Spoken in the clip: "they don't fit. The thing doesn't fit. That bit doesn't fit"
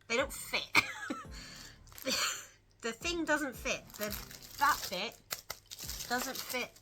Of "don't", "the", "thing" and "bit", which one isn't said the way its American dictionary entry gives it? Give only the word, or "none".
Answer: none